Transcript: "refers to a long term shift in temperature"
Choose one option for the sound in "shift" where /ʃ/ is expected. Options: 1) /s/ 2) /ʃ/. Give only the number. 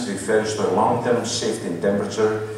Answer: 1